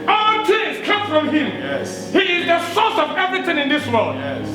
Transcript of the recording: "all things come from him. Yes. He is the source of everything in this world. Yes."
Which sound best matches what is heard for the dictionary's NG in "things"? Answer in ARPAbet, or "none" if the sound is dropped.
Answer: none